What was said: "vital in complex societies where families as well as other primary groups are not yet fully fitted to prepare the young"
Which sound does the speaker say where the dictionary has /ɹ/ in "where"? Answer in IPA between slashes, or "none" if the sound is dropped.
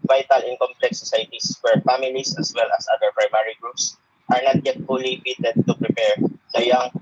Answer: /ɹ/